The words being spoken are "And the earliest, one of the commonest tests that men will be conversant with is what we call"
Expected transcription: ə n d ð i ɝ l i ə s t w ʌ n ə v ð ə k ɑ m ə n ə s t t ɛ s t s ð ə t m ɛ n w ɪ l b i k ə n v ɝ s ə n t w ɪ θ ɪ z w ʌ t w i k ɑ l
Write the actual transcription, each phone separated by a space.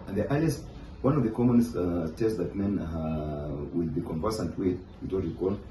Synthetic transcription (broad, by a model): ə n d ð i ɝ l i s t w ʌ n ə v ð ə k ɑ m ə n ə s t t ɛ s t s ð ə t m ɛ n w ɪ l b i k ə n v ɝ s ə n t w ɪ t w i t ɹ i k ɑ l